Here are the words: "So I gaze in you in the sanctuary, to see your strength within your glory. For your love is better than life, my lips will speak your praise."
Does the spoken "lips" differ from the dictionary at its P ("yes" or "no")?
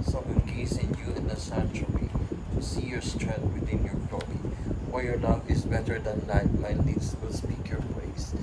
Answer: yes